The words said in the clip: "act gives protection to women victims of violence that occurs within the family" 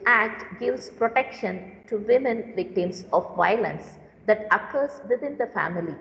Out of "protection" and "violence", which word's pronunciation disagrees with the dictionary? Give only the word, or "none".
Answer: none